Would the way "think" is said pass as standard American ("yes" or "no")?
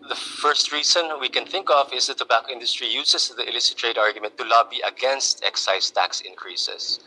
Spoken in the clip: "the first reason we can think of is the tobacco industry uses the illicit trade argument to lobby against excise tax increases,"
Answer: yes